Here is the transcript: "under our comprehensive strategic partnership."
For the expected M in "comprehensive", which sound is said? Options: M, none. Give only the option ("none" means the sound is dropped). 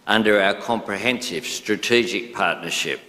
M